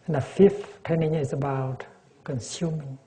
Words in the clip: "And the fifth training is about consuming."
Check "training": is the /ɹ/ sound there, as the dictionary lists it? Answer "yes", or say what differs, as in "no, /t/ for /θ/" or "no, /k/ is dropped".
no, /ɹ/ is dropped